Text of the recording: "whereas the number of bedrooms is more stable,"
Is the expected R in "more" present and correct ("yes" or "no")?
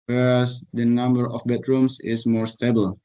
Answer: yes